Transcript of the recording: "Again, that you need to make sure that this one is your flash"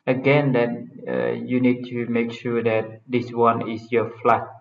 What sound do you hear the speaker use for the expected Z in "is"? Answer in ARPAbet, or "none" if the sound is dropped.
S